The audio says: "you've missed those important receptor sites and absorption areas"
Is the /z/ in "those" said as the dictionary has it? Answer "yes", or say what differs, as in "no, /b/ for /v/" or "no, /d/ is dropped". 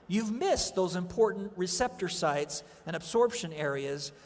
yes